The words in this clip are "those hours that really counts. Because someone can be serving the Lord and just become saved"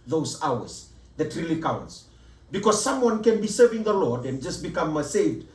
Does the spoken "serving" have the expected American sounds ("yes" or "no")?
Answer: yes